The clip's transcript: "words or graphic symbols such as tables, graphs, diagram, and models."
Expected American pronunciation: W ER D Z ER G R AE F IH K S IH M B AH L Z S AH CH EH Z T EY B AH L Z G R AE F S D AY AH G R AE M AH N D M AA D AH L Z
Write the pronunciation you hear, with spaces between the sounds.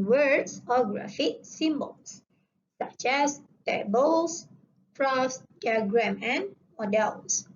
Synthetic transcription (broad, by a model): W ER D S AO G R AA F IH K S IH M B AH L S S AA CH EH S T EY B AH L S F R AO S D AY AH G R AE M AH N M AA D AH L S